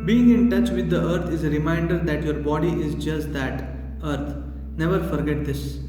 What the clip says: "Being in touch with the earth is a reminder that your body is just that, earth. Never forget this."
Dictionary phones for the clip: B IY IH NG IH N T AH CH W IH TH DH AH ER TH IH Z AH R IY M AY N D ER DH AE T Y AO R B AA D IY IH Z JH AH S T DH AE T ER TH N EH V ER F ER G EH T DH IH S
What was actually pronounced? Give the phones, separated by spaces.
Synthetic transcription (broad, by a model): B IY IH NG IH N T AH CH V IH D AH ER T IH Z R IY M AY N D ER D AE T Y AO R B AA D IY IH Z JH AH S T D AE T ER T N EH V ER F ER G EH T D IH S